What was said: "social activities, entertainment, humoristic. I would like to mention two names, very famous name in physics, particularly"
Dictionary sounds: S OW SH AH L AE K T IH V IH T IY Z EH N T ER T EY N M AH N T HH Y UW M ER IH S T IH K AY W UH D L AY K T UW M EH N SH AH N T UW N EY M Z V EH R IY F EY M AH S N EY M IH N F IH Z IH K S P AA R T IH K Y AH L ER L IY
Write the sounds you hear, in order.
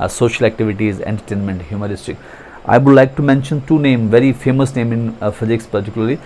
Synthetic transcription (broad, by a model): S OW SH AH L AE K T IH V IH T IY Z EH N T ER T EY N M AH N T HH Y UW M ER IH S T IH K AY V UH D L AY K T UW M EH N SH AH N T UW N EY M V EH R IY F EY M AH S N EY M IH N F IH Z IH K S P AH R T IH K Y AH L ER L IY